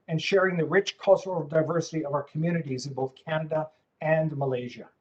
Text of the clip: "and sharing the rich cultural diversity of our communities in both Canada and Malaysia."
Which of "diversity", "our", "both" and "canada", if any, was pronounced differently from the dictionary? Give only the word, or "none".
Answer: none